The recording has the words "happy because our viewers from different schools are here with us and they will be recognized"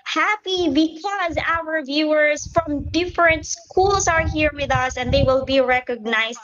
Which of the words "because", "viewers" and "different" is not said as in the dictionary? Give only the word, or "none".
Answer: none